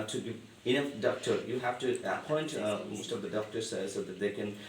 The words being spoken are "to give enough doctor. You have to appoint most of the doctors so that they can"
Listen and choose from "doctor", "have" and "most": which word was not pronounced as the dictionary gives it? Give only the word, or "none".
have